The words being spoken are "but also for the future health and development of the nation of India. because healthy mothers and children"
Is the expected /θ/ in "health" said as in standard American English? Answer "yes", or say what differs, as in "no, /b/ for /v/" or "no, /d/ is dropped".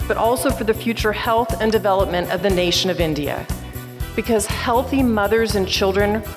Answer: yes